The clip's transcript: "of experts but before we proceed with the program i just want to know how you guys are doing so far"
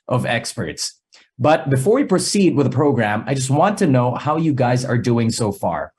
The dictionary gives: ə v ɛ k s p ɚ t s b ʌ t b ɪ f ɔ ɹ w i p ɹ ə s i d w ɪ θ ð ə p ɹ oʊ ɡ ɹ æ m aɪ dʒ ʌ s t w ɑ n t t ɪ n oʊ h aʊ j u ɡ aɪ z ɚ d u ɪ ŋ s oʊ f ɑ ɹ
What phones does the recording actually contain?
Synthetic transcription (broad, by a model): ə v ɛ k s p ɚ t s b ʌ t b ɪ f ɔ ɹ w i p ɹ ə s i d w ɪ ð ə p ɹ oʊ ɡ ɹ æ m aɪ dʒ ʌ s t w ɑ n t t ɪ n oʊ h aʊ j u ɡ aɪ z ɚ d u ɪ ŋ s oʊ f ɑ ɹ